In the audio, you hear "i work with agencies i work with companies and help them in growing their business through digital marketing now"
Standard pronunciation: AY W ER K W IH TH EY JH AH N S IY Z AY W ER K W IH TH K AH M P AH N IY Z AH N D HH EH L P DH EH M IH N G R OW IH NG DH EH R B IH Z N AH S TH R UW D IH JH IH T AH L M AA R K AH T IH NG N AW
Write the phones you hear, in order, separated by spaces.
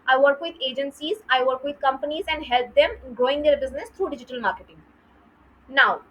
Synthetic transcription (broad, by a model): AY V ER K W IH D EY JH AH N S IY Z AY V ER K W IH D K AH M P AH N IY Z AH N D HH EH L P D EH M G OW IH NG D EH R B IH Z N AH S T R UW D IH JH IH T AH L M AA R K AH T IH NG N AW